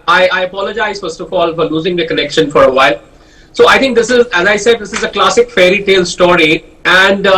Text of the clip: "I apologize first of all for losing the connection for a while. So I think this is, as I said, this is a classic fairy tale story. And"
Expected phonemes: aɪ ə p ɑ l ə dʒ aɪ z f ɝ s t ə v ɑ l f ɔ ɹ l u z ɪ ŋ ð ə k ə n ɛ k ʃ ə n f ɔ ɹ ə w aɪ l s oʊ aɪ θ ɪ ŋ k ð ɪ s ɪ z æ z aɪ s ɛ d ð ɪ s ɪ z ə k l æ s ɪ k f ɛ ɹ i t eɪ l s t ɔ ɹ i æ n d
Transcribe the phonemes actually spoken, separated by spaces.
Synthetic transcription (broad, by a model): aɪ ə p ɑ l ə dʒ aɪ z f ɝ s t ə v ɑ l f ɔ ɹ l u z ɪ ŋ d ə k ə n ɛ k ʃ ə n f ɔ ɹ ə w aɪ l s oʊ aɪ t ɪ ŋ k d ɪ s ɪ z æ z aɪ s ɛ d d ɪ s ɪ z ə k l æ s ɪ k f ɛ ɹ i t eɪ l s t ɔ ɹ i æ n d